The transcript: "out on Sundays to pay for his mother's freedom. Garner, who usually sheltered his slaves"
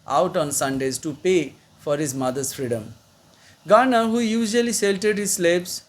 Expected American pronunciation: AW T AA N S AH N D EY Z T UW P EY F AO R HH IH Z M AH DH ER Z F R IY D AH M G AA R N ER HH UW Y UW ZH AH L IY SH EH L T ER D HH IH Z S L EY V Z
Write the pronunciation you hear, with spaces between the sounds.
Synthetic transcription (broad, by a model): AW T AA N S AH N D EY Z T UW P EY F AO R HH IH Z M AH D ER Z F R IY D AH M G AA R N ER HH UW Y UW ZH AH L IY S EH L T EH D HH IH Z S L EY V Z